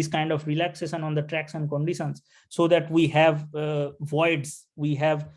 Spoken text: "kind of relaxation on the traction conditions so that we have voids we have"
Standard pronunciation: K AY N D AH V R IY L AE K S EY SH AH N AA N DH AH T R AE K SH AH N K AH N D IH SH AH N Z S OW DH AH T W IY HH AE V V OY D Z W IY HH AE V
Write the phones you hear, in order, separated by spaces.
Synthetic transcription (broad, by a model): K AY N D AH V R IY L AE K S EY SH AH N AA N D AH T R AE K S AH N K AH N D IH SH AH N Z S OW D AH T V IY HH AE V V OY D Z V IY HH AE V